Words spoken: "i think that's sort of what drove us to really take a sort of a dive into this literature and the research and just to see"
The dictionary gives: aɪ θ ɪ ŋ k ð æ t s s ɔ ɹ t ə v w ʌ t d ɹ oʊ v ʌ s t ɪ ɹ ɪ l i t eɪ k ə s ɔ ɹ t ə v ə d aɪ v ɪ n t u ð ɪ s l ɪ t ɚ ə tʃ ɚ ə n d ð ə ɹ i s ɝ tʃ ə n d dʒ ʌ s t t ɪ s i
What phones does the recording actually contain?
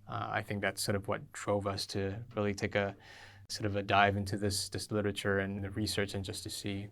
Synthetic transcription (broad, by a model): aɪ θ ɪ ŋ k ð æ t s s ɔ ɹ t ə v w ʌ t d ɹ oʊ v ʌ s t ɪ ɹ ɪ l i t eɪ k ə s ɔ ɹ t ə v ə d aɪ v ɪ n t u ð ɪ s l ɪ t ɚ ə tʃ ɚ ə n ð ə ɹ i s ɝ tʃ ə n dʒ ʌ s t t ɪ s i